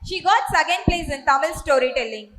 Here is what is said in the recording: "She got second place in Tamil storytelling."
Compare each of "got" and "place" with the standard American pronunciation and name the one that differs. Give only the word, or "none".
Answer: none